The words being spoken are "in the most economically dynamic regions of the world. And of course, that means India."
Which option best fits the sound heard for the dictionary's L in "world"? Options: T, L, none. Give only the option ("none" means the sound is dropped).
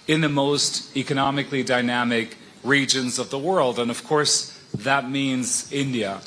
L